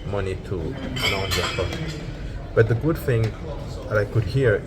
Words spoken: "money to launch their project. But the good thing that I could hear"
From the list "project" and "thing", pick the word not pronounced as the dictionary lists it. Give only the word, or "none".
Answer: project